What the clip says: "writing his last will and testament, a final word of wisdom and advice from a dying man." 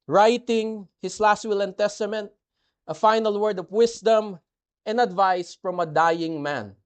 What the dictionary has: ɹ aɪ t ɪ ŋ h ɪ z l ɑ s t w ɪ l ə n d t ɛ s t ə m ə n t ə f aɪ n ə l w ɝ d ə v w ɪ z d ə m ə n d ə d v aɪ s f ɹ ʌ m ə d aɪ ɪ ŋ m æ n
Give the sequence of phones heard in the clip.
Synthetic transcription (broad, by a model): ɹ aɪ t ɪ ŋ h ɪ s l ɑ s t w ɪ l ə n t ɛ s t ə m ə n t ə f aɪ n ə l w ɝ d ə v w ɪ s d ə m ə n d ə d v aɪ s f ɹ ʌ m ə d aɪ ɪ ŋ m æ n